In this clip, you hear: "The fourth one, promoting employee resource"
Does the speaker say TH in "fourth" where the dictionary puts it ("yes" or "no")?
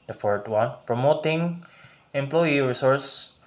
no